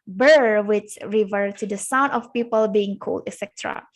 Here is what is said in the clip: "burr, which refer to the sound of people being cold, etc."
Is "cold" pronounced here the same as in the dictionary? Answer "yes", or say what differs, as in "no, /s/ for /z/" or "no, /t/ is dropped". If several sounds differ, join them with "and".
yes